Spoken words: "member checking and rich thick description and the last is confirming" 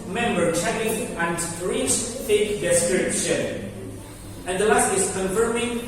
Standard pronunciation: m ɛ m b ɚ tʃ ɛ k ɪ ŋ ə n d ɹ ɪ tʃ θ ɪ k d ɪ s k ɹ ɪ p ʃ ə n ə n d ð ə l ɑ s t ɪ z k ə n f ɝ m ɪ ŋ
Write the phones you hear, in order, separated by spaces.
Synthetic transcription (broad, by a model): m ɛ m b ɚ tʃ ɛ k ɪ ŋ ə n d ɹ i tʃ f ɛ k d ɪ s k ɹ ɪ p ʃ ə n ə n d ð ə l ɑ s t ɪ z k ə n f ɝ m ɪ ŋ